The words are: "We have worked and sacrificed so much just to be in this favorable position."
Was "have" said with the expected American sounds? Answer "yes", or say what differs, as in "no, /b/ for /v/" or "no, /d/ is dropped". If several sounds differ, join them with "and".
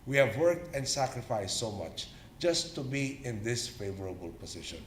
yes